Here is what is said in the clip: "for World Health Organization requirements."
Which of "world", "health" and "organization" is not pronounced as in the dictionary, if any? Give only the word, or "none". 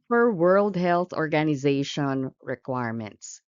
none